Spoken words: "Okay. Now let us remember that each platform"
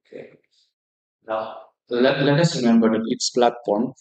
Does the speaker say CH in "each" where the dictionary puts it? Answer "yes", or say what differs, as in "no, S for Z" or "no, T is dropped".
no, S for CH